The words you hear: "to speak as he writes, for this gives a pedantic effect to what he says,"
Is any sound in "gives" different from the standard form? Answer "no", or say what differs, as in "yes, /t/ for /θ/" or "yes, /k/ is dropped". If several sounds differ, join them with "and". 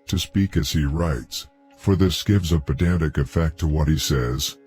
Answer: no